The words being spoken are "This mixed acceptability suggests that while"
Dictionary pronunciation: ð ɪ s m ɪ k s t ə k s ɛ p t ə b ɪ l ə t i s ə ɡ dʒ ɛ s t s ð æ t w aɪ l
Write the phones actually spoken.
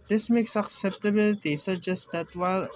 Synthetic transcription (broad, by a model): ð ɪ s m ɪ k s ə k s ɛ p t ə b ɪ l ə t i s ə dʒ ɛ s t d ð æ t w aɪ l